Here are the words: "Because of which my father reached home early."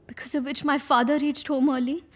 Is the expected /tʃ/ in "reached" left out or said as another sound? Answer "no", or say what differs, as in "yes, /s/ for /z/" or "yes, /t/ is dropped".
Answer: no